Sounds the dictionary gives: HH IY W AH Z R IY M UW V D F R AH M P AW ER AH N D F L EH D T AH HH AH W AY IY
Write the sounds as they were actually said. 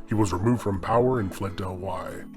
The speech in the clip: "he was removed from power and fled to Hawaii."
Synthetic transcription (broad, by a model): HH IY W AH Z R IY M UW V D F R AH M P AW ER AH N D F L EH D T AH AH W AY